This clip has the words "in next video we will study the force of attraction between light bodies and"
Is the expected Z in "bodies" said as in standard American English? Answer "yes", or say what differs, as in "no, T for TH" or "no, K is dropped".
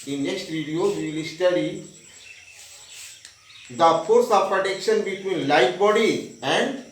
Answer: no, Z is dropped